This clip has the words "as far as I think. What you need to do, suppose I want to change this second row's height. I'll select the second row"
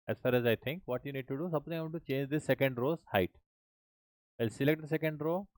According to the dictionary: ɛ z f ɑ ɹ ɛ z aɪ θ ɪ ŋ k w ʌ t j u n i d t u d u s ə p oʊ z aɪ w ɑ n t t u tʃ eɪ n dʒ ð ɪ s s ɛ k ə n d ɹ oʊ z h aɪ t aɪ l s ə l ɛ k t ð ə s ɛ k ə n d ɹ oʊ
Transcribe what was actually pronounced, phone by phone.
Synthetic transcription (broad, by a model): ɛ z f ɑ ɹ ɛ z aɪ t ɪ ŋ k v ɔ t j u n i d t u d u s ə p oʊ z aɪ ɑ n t t u tʃ eɪ n dʒ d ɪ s s ɛ k ə n d ɹ oʊ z h aɪ t aɪ l s ə l ɛ k t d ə s ɛ k ə n d ɹ oʊ